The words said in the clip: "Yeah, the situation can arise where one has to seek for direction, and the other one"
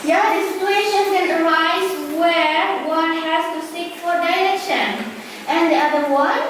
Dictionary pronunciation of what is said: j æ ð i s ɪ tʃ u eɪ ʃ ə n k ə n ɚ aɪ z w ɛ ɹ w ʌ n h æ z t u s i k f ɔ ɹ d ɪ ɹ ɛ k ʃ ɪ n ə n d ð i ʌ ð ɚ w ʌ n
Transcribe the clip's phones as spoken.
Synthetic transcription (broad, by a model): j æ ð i s ɪ tʃ u eɪ ʃ ə n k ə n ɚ aɪ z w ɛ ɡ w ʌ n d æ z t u s i k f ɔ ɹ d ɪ l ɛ k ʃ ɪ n ə n d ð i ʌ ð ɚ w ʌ